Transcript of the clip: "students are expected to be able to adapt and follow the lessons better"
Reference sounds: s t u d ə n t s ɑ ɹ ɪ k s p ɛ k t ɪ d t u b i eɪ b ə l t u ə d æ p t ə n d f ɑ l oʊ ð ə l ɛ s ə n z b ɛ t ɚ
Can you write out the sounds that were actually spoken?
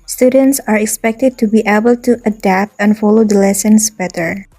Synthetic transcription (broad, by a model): s t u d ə n t s ɑ ɹ ɪ k s p ɛ k t ɪ d t u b i eɪ b ə l t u ə d æ p t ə n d f ɑ l oʊ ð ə l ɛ s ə n s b ɛ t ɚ